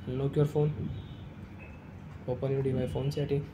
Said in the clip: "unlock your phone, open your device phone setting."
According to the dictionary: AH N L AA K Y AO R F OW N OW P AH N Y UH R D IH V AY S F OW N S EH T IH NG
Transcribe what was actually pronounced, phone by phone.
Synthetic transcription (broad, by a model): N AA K Y AO R F OW N OW P AH N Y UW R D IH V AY F OW N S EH T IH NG